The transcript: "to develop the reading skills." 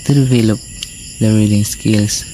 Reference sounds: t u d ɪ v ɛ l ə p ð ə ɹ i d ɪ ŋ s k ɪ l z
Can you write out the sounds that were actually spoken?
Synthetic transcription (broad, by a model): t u d ɪ v ɛ l ə p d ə ɹ i d ɪ ŋ s k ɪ l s